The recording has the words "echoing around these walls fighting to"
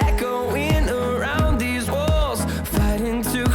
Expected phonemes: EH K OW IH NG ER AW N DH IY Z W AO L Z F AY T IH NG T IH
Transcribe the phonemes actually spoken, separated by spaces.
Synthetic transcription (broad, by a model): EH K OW IH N ER AW N DH IY Z W AO L Z F AY T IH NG T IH